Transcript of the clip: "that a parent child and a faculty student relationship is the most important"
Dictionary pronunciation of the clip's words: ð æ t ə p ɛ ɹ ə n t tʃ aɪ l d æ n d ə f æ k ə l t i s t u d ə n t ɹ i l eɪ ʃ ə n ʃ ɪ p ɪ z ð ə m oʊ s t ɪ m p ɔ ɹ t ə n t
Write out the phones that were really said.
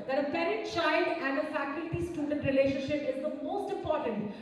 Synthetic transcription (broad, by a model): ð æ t ə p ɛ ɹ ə t tʃ aɪ l d æ n d ə f æ k ə l t i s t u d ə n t ɹ i l eɪ ʃ ə n ʃ ɪ p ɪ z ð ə m oʊ s t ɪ m p ɔ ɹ t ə n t